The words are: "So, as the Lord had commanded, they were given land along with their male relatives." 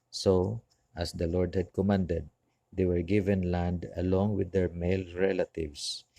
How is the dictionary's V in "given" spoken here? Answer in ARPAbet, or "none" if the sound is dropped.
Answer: V